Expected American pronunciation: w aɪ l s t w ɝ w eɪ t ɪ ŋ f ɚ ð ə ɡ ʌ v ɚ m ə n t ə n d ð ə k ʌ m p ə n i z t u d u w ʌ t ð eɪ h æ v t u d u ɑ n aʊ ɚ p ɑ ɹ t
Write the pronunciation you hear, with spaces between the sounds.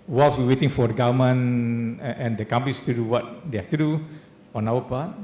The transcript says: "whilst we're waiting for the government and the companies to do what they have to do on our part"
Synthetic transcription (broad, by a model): w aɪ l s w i w eɪ t ɪ ŋ f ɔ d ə ɡ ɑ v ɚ m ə n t ə n d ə k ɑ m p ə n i s t u d u w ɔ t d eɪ h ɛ f t u d u ɑ n aʊ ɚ p ɑ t